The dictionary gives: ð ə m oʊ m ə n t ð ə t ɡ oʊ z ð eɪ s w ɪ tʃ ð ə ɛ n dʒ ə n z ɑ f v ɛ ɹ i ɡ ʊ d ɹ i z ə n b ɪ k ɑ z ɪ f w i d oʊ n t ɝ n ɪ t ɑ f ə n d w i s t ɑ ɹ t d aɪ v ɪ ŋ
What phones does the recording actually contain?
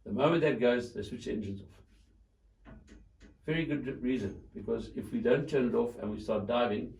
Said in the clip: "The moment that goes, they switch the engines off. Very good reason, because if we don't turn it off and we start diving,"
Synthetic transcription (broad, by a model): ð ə m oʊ m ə n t ð ə t ɡ oʊ z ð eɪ s w ɪ tʃ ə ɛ n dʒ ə n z ɑ f v ɛ ɹ i ɡ ʊ d ɹ i z ə n b ɪ k ɑ z ɪ f w i d oʊ n t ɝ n ɪ t ɑ f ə n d w i s t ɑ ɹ t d aɪ v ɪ ŋ